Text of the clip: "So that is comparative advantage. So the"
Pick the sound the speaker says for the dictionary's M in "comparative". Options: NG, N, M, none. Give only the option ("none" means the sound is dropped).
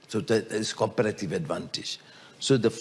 none